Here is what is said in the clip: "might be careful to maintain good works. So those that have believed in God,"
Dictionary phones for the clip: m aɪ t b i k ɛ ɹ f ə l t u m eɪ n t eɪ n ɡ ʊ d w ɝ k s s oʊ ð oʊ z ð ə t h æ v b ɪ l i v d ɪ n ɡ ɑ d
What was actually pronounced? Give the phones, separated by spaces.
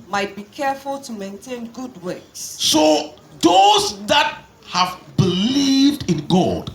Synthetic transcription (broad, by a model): m aɪ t b i k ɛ f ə l t u m eɪ n t eɪ n ɡ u d w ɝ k s s oʊ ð oʊ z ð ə t h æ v b ɪ l i v d ɪ n ɡ ɑ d